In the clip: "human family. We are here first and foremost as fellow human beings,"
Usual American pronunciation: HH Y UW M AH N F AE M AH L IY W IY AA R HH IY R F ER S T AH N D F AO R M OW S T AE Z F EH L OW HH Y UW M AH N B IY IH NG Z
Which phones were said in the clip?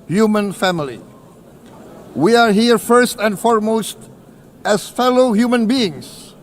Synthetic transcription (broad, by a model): HH Y UW M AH N F AE M AH L IY W IY AA R HH IY R F ER S T AH N D F AO R M OW S T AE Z F EH L OW HH Y UW M AH N B IY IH NG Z